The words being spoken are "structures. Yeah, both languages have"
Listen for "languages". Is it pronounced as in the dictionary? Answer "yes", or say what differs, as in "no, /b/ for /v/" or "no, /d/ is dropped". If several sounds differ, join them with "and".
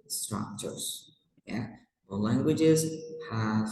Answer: yes